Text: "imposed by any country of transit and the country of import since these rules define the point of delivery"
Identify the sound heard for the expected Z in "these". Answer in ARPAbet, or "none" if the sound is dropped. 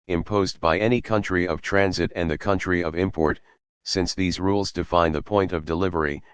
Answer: Z